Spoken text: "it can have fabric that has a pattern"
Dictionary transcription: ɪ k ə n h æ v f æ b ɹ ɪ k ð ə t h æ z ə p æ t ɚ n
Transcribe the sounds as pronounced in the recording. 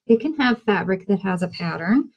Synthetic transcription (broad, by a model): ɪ k ə n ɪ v f æ b ɹ ɪ k ð ə t h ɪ z ə p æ t ɚ n